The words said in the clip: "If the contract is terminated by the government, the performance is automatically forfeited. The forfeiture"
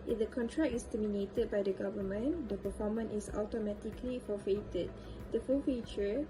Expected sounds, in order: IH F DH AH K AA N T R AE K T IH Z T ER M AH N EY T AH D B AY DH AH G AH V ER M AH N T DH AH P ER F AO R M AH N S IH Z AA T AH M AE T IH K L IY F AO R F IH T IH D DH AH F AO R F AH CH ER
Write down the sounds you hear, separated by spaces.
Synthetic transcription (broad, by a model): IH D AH K AA N T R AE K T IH S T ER M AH N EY T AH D B AY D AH G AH V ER M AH N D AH P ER F AO M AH N IH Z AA T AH M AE T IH K L IY F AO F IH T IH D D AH F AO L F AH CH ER